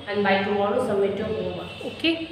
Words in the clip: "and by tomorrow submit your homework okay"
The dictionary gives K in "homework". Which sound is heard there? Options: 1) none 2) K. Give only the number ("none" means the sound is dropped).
1